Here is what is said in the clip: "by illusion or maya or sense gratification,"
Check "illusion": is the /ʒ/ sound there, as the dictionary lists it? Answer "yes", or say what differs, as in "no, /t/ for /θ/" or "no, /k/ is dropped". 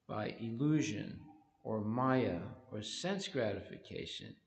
yes